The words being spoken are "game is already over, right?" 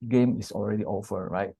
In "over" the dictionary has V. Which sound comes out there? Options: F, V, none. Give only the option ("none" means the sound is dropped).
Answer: F